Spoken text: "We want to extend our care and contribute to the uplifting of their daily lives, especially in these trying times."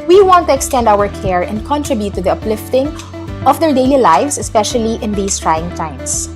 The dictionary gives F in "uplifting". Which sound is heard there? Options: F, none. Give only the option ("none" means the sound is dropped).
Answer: F